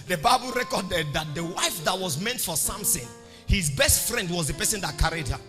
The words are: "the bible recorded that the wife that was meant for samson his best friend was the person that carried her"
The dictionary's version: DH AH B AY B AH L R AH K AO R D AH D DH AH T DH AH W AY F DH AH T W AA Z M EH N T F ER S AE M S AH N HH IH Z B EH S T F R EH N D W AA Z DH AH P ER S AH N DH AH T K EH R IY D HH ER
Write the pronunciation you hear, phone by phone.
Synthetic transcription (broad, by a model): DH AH B AY B AH L R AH K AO D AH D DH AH T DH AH W AY F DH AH T W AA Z M EH N T F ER S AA M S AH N HH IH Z B EH S T F R EH N D W AA Z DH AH P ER S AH N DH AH T K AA R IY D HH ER